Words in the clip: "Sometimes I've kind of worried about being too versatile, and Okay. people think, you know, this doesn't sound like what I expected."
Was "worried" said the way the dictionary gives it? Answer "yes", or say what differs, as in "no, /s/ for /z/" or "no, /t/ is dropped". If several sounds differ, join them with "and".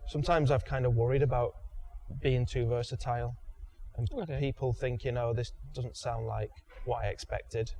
yes